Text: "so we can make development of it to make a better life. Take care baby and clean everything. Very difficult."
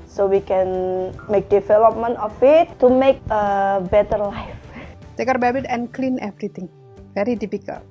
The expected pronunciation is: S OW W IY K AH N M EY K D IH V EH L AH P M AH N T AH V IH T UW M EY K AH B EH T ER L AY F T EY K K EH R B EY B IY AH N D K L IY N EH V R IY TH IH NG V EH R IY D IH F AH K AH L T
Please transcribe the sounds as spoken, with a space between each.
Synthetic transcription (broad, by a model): S OW W IY K AH N M EY K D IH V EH L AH P M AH N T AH F IH T UW M EY K AH B EH T ER L AY F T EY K K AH R B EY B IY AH N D K L IY N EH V R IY T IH NG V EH R IY D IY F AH K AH L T